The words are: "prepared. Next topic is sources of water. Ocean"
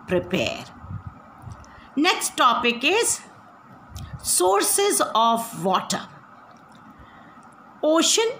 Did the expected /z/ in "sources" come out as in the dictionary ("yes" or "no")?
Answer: yes